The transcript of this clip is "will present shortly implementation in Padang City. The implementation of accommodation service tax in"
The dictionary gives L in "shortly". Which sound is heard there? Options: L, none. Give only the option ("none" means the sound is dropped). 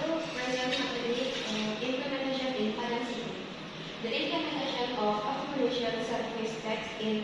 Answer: none